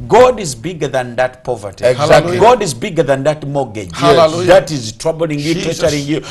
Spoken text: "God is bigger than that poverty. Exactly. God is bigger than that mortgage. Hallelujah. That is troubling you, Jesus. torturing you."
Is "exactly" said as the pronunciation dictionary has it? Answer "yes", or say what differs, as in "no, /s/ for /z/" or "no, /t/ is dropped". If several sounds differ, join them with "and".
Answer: no, /l/ is dropped